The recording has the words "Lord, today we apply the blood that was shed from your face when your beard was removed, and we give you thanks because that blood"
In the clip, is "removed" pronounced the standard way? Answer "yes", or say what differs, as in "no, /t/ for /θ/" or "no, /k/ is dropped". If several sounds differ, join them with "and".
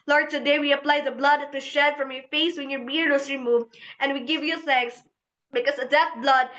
no, /d/ is dropped